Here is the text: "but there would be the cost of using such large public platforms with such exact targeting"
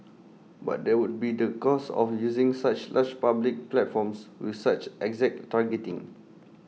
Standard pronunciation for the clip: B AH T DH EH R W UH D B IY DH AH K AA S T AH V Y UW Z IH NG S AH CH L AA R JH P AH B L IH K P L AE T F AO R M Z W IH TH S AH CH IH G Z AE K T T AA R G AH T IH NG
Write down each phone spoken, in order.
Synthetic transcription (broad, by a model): B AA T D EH W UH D B IY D AH K AA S AH F Y UW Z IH NG S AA CH L AA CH P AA B L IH K P L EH T F AO M S W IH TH S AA CH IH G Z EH K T T AA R G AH T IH NG